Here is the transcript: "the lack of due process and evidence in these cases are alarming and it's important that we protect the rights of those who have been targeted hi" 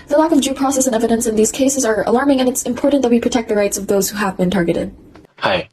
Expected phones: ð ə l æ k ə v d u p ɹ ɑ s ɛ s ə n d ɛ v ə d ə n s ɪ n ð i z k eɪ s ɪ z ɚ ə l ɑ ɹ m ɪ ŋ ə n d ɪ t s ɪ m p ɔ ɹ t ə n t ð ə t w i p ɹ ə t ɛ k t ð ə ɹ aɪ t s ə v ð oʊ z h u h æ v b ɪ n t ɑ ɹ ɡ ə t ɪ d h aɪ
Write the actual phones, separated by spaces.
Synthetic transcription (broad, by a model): ð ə l æ k ə v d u p ɹ ɑ s ɛ s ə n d ɛ v ə d ə n s ɪ n ð i z k eɪ s ɪ z ɚ ə l ɑ ɹ m ɪ ŋ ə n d ɪ t s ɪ m p ɔ ɹ t n ð ə t w i p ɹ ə t ɛ k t ð ə ɹ aɪ t s ə v ð oʊ z h u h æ v b ɪ n t ɑ ɹ ɡ ə t ɪ d h aɪ